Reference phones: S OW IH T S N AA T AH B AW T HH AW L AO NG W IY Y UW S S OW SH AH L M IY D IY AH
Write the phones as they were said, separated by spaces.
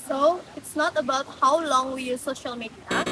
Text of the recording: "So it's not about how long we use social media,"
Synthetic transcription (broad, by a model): S OW IH T S N AA T AH B AW T HH AW L AO NG W IY Y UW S S OW SH AH L M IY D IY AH